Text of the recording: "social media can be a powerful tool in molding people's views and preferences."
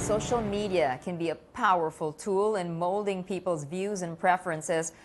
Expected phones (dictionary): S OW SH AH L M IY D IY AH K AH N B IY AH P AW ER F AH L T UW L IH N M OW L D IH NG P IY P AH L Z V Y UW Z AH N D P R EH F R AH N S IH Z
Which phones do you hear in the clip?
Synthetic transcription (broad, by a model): S OW SH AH L M IY D IY AH K AH N B IY AH P AW ER F AH L T UW L IH N M OW L D IH NG P IY P L Z V Y UW Z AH N P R EH F R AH N S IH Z